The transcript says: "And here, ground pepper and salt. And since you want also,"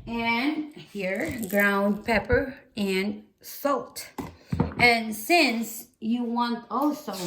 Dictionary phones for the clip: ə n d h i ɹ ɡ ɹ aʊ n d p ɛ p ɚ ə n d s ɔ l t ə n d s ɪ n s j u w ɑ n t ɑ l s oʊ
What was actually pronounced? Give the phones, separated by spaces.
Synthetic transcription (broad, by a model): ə n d h i ɹ ɡ ɹ aʊ n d p ɛ p ɚ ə n s ɔ l t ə n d s ɪ n s j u w ɑ n t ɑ l s oʊ